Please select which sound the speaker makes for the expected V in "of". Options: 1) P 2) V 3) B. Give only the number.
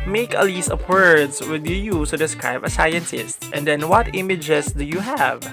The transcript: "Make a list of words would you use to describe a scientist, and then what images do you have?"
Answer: 1